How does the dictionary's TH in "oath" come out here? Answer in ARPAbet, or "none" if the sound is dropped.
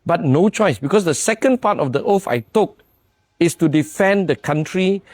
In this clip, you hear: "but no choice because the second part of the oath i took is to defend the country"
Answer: F